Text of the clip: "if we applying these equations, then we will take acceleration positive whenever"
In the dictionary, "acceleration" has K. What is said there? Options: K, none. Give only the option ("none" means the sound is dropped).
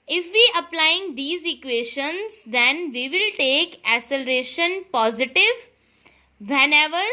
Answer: none